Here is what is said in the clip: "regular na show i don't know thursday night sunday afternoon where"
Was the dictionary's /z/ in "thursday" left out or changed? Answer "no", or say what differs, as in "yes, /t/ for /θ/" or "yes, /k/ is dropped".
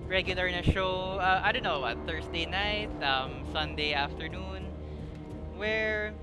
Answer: yes, /s/ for /z/